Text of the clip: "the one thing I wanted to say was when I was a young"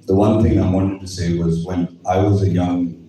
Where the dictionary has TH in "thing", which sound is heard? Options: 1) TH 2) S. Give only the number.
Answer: 1